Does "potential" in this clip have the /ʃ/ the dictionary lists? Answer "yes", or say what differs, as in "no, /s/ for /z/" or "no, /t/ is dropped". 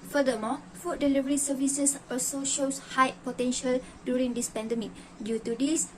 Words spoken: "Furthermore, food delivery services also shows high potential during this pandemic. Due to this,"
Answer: yes